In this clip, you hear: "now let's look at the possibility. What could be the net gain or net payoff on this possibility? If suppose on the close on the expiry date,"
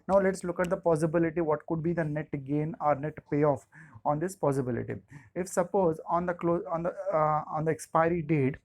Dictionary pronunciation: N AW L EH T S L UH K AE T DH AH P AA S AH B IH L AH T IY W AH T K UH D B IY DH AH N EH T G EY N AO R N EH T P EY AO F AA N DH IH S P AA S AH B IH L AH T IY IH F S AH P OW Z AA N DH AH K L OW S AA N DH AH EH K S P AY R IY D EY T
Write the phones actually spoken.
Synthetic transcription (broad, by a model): N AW L EH T S L UH K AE T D AH P AA S AH B IH L AH T IY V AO T K UH D B IY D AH N EH T G EY N AO R N EH T P EY AO F AA N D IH S P AA S AH B IH L AH T IY IH F S AH P OW Z AA N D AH K L OW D AA N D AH EH K S P AY R IY D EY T